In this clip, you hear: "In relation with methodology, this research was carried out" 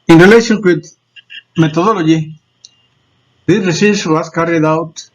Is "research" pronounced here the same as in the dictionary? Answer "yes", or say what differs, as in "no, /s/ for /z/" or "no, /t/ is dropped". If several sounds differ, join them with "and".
no, /s/ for /tʃ/